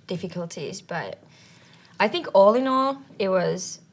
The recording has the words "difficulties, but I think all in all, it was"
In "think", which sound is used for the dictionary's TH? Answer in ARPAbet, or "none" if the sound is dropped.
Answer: TH